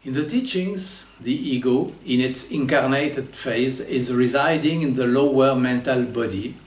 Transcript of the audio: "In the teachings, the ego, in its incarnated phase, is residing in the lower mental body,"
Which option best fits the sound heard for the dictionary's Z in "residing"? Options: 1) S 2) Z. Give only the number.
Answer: 2